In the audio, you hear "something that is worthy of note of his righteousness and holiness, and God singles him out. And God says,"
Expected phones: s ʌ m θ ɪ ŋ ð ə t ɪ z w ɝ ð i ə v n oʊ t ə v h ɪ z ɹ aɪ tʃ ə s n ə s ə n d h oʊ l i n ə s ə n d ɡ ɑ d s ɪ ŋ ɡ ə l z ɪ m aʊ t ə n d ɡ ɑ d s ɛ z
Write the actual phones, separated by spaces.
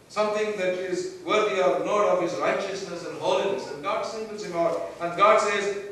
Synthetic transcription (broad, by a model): s ʌ m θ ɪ ŋ ð ə t ɪ z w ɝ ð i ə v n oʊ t ə v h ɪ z ɹ aɪ tʃ ə s n ə s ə n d h oʊ l i n ə s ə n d ɡ ɑ d s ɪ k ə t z ɪ m aʊ t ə n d ɡ ɑ d s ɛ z